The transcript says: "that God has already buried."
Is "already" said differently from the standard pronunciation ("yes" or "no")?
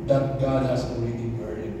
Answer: yes